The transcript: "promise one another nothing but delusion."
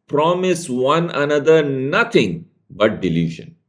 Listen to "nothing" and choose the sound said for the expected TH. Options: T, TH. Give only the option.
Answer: T